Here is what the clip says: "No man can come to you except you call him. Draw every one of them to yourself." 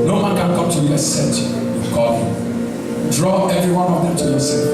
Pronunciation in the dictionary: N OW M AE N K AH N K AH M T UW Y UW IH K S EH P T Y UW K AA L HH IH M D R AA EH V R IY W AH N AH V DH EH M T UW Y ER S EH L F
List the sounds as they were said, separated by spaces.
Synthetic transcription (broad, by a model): N OW M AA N K AH N K AH M T UW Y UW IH S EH T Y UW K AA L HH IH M D R AA EH V R IY W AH N AH V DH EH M T UW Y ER S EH